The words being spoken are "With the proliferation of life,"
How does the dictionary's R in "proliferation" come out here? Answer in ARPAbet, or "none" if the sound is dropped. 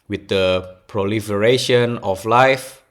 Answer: R